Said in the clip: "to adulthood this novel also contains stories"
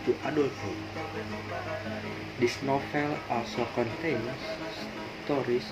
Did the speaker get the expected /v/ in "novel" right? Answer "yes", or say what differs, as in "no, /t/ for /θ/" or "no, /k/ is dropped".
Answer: no, /f/ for /v/